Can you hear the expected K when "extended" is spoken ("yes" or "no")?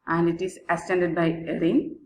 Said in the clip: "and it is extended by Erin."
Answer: no